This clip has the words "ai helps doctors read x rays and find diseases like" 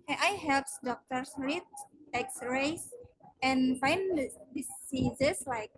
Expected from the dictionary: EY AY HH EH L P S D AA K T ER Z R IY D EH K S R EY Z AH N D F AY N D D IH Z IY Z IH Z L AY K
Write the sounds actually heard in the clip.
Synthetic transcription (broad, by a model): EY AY HH EH L P S D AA K T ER S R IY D EH K S R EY S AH N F AY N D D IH S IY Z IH S L AY K